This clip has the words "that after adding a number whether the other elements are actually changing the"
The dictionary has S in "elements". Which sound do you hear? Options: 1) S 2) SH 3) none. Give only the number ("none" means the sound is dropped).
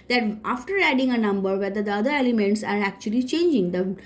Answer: 1